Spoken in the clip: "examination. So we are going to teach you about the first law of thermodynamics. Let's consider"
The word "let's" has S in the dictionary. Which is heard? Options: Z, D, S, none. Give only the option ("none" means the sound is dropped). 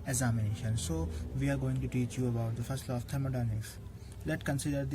none